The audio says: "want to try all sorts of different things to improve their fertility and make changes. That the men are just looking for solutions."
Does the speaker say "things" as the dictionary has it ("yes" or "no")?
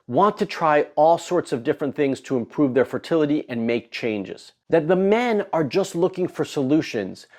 yes